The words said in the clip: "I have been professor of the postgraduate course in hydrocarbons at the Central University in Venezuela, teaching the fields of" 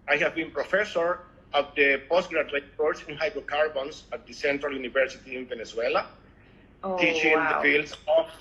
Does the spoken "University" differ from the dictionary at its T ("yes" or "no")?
no